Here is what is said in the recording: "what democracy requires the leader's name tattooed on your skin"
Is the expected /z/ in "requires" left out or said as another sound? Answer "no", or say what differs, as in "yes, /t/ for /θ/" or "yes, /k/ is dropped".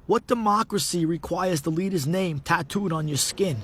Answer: no